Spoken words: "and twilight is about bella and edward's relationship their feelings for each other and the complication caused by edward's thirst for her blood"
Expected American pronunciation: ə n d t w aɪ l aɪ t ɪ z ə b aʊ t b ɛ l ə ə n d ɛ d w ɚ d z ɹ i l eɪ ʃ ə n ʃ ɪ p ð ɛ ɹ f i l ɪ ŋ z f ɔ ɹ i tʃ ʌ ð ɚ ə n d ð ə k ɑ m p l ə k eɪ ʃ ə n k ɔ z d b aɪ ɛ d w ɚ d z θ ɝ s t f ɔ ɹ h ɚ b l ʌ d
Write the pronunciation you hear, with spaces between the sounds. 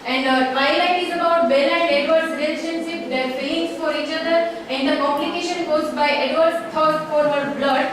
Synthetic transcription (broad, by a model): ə n d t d aɪ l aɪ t ɪ z ə b aʊ t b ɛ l ə n d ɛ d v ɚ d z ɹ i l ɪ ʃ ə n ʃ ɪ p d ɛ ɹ p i ɪ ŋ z f ɔ ɹ i tʃ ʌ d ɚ ə n d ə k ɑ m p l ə k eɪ ʃ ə n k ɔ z b aɪ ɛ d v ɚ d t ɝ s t f ɔ ɹ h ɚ b l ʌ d